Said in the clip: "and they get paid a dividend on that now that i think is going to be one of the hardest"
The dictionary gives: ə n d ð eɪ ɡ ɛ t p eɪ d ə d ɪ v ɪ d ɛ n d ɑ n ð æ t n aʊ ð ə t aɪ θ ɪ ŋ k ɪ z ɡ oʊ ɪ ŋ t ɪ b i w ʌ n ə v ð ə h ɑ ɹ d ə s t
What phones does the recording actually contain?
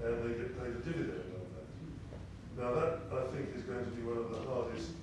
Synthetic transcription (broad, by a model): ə n ð eɪ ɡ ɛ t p eɪ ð ə d ɪ v ɪ d ɛ n d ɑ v ð æ t n aʊ ð ə t aɪ θ ɪ ŋ k ɪ z ɡ oʊ ɪ ŋ t ɪ b i w ʌ n ə v ð ə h ɑ ɹ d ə s t